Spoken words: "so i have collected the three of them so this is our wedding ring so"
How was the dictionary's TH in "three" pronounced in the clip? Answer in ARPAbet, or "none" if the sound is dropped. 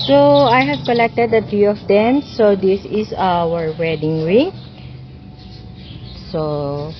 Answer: T